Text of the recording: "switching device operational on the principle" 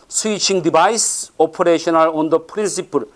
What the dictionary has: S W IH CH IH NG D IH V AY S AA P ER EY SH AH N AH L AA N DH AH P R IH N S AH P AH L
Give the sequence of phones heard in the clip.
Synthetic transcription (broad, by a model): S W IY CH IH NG D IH B AY S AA P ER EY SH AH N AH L AA N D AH P R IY N S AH P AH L